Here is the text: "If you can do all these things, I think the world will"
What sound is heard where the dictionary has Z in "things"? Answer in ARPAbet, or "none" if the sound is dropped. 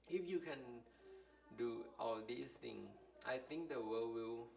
none